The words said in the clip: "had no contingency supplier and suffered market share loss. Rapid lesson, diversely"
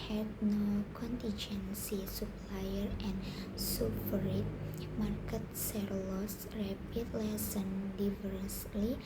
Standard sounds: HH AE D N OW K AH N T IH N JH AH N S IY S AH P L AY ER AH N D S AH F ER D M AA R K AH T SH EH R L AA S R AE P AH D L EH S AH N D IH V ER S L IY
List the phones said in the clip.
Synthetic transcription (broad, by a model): HH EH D N OW K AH N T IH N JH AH N S IY S AH P L AY ER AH N S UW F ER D M AA R K AH T S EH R L AA S R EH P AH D L EH S AH N D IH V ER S L IY